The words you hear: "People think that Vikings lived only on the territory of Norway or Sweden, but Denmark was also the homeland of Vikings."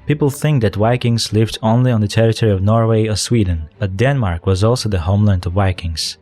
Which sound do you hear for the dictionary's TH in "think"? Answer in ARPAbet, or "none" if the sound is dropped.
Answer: TH